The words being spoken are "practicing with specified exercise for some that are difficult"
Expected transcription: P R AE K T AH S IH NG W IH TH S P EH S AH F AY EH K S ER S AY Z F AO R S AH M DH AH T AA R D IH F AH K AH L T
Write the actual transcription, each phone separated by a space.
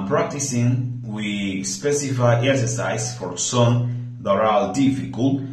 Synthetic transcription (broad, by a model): P R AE K T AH S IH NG W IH S P EH S AH F AY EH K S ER S AY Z F AO R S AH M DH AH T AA L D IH F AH K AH L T